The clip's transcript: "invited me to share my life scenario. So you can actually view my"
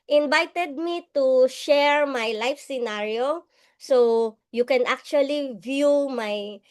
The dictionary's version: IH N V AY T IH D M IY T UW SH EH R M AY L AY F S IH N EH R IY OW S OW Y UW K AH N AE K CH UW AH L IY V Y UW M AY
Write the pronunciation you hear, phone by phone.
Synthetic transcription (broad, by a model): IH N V AY T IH D M IY T UW SH EH R M AY L AY F S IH N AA R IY OW S OW Y UW K AH N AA K CH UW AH L IY V Y UW M AY